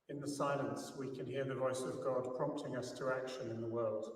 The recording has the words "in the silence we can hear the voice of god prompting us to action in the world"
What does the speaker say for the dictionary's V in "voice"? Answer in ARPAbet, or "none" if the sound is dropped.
V